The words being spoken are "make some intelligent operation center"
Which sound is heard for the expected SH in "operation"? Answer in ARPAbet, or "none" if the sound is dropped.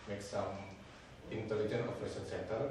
S